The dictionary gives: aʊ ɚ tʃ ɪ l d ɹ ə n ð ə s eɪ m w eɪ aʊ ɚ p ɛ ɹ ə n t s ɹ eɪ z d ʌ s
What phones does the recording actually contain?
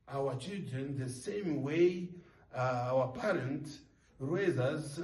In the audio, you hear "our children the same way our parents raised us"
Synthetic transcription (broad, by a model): aʊ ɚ tʃ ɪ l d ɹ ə n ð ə s eɪ m w eɪ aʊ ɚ p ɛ ɹ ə n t ɹ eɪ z ʌ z